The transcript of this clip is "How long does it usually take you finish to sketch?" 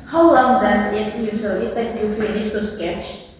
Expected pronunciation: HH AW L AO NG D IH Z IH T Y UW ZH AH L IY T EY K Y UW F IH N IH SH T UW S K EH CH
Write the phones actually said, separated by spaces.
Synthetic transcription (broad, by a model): HH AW L AO NG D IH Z IH T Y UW S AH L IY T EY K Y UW F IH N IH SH T UW S K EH CH